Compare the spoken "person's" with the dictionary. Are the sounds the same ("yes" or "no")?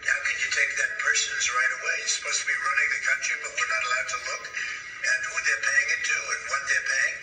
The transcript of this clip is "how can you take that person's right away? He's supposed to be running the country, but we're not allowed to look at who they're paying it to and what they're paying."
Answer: yes